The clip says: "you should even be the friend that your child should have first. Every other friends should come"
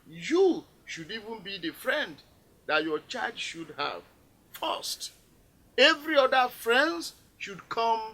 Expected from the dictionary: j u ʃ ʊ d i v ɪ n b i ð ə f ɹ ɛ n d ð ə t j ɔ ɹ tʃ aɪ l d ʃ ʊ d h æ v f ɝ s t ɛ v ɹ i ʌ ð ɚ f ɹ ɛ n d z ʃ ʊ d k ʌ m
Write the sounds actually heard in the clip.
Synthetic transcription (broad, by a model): j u ʃ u d i v ɪ n b i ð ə f ɹ ɛ n d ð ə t j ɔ tʃ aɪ d ʃ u d h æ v f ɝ s t ɛ v ɹ i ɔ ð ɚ f ɹ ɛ n d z ʃ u d k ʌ m